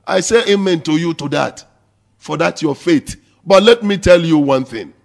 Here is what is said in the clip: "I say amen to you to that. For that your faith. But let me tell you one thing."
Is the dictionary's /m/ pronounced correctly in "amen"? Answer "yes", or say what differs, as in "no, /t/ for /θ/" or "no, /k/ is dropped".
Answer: yes